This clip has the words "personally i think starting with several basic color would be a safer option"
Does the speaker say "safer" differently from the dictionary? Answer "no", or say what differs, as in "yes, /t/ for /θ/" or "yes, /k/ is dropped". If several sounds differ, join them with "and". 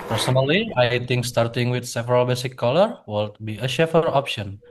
yes, /ʃ/ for /s/